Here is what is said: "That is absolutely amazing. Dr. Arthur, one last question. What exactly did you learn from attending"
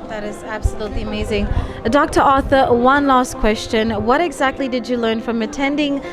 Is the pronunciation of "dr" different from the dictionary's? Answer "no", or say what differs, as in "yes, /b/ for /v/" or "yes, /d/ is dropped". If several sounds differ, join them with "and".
no